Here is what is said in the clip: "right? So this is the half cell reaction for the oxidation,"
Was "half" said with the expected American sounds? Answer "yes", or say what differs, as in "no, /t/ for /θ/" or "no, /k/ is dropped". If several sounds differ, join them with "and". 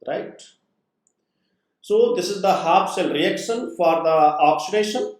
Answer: no, /p/ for /f/